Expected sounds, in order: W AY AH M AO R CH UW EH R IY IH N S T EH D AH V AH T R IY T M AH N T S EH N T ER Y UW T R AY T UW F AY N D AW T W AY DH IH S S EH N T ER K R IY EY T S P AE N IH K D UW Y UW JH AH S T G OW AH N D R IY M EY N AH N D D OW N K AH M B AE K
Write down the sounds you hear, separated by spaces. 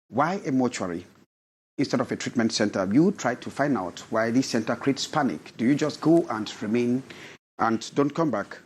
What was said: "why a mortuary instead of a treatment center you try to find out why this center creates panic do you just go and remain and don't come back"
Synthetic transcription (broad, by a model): W AY AH M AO CH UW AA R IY IH N S T EH D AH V AH T R IY T M AH N T S EH N T ER Y UW T R AY T UW F AY N D AW T W AY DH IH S S EH N T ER K R IY EY T S P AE N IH K D UW Y UW JH AH S T G OW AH N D R IY M EY N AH N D D OW N K AH M B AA K